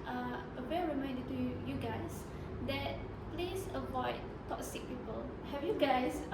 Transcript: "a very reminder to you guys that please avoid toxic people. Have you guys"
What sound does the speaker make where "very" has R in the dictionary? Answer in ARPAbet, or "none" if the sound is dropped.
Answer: W